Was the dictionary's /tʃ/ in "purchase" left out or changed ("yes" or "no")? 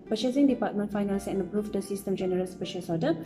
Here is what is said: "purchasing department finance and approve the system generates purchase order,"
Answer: yes